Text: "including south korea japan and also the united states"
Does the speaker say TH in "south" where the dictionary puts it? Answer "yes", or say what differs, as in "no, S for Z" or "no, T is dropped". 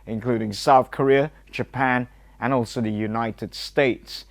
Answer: yes